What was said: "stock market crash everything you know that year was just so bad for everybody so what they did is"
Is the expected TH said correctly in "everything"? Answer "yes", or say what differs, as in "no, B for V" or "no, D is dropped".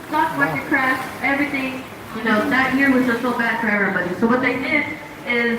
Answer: yes